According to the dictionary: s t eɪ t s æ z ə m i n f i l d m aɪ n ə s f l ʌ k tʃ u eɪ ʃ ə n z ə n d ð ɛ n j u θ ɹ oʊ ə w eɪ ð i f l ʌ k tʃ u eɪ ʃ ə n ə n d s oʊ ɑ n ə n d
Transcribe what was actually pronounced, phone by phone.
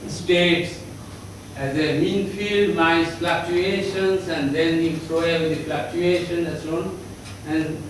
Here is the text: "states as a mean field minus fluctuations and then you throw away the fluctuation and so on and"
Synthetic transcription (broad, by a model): s t eɪ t s æ z ə m i n f i l d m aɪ ə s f l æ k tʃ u eɪ ʃ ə n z ə n d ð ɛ n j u s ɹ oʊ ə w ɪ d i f l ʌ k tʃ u eɪ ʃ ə n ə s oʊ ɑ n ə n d